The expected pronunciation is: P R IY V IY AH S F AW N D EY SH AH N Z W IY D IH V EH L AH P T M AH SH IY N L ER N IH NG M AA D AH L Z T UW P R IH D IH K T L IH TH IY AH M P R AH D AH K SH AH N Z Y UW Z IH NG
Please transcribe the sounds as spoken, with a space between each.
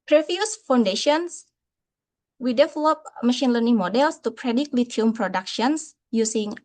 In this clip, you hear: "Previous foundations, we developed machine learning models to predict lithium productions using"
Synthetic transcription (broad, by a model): P R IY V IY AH S F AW N D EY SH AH N S W IY D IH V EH L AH P M AH SH IY N L ER N IH NG M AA D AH L S T UW P R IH D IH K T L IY T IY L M P R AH D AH K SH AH N S Y UW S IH NG